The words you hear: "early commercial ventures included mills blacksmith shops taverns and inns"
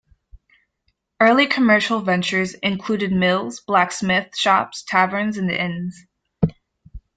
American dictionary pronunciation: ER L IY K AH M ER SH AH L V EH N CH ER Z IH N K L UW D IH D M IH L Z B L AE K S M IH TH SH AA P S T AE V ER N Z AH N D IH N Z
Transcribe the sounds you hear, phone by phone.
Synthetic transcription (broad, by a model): ER L IY K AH M ER SH L V EH N CH ER Z IH N K L UW D IH D M IH L Z B L AE K S M IH TH SH AA P S T AE V ER N Z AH N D IH N Z